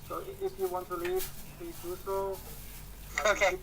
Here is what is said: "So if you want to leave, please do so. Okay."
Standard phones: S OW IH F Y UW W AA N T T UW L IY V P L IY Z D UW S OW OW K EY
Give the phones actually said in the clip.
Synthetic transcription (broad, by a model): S OW IH F Y UW W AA N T T UW L IY V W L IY D UW S OW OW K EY